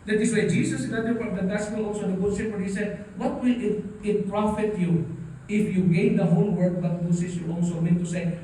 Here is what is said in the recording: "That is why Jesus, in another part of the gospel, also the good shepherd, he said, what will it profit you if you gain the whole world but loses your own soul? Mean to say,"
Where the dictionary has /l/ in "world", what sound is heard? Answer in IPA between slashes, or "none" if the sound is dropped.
none